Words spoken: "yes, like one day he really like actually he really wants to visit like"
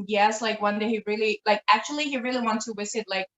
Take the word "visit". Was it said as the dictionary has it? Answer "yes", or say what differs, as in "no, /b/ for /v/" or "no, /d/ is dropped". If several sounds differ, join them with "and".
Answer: no, /w/ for /v/